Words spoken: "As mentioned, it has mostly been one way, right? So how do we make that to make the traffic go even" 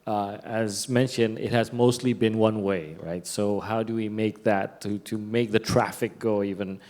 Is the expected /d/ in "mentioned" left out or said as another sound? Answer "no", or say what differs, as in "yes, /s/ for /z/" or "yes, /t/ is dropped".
no